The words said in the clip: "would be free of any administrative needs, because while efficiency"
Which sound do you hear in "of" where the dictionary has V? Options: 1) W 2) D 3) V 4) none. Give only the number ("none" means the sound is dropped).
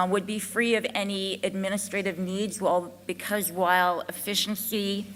3